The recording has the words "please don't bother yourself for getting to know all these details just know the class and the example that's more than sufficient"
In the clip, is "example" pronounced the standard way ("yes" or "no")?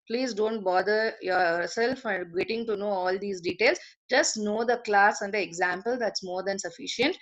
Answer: yes